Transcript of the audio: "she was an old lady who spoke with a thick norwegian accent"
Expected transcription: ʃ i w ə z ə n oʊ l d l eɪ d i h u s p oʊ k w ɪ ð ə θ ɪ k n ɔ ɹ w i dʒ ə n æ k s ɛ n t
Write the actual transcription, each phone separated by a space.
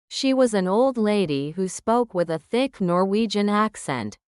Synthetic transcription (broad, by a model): ʃ i w ə z ə n oʊ l d l eɪ d i h u s p oʊ k w ɪ ð ə θ ɪ k n ɔ ɹ w i dʒ ə n æ k s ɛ n t